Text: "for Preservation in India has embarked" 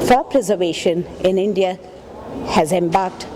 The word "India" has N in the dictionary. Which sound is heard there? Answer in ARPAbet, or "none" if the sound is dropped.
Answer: N